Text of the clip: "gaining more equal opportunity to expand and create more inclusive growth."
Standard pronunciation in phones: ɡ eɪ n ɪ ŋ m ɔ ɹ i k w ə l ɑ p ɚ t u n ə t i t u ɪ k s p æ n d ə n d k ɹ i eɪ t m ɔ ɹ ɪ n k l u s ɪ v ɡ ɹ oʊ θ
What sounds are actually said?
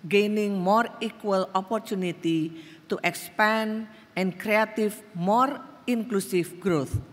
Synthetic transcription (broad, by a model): ɡ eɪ n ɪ ŋ m ɔ ɹ i k w ə l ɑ p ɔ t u n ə t i t u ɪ k s p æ n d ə n k ɹ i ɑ t m ɔ ɹ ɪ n k l u s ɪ f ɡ ɹ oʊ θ